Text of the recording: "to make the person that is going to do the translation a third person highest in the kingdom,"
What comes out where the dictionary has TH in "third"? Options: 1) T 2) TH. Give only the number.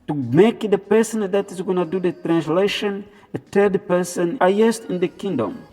1